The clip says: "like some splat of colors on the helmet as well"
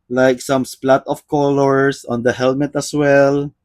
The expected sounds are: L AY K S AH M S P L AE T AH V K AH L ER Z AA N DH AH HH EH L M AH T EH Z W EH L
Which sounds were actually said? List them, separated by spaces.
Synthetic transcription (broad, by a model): L AY K S AH M S P L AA T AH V K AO L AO S AA N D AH HH EH L M AH T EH S W EH L